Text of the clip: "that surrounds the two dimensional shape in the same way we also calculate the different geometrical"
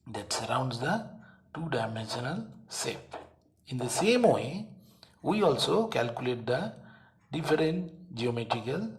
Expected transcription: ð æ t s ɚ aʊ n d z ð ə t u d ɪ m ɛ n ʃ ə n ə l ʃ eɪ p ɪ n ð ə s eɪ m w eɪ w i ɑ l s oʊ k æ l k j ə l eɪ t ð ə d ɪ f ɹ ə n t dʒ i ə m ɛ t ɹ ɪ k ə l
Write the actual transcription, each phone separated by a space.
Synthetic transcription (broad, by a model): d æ t s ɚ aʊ n d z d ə t u d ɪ m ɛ n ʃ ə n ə l s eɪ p ɪ n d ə s eɪ m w eɪ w i ɑ l s oʊ k æ l k j ə l eɪ t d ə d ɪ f ɹ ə n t dʒ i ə m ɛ t ɹ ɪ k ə l